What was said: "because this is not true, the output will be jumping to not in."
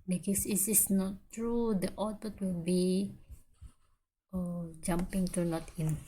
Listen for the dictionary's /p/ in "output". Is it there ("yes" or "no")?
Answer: no